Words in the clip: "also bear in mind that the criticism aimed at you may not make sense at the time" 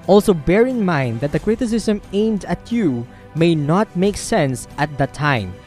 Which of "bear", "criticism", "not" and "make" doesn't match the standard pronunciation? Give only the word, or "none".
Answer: criticism